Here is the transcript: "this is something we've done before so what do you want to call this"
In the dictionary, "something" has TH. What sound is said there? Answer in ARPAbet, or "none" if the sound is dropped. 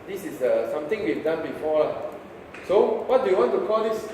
T